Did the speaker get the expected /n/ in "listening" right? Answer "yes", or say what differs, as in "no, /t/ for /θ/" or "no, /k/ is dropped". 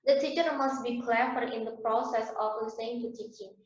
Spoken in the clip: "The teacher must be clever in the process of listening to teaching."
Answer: no, /n/ is dropped